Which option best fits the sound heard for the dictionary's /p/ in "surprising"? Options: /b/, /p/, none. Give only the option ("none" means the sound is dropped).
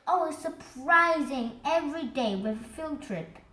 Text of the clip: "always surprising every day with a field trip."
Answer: /p/